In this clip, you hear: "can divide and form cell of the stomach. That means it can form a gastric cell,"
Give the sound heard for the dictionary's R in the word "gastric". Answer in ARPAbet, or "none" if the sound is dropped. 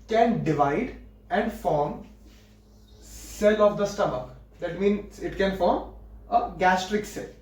R